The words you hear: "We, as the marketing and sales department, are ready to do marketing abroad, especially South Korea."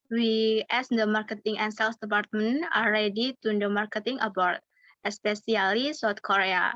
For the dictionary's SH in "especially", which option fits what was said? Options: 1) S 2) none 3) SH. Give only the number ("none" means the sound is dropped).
1